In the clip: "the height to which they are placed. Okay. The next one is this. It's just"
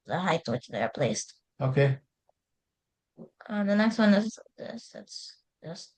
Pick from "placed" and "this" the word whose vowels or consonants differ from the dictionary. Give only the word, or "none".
none